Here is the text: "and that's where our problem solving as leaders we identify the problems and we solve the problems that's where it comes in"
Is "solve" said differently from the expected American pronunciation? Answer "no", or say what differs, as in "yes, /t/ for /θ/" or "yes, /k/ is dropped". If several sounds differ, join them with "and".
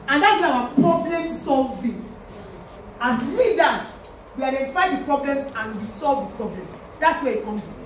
no